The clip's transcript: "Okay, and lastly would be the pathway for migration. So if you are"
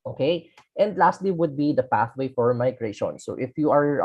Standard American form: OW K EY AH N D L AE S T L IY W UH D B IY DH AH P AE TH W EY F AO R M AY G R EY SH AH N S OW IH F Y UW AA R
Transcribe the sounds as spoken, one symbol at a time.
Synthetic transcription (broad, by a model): OW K EY AH N D L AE S T L IY W UH D B IY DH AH P AE TH W EY F AO R M AY G R EY SH AH N S OW IH F Y UW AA R